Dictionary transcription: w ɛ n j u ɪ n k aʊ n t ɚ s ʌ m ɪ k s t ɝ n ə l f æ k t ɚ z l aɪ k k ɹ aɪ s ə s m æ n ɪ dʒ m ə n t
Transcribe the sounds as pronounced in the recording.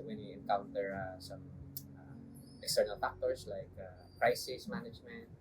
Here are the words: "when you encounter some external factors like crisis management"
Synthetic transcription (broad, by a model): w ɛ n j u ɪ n k aʊ n t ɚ s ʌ m ɪ k s t ɝ n ə l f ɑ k t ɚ s l aɪ k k ɹ aɪ s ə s m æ n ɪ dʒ m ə n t